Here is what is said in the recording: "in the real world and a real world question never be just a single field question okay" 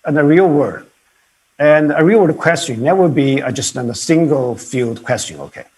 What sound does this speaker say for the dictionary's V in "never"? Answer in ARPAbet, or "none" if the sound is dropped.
W